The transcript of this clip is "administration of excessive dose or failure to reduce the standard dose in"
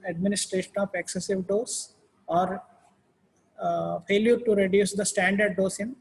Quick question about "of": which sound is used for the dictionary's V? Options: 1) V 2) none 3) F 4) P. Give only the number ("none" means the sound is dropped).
4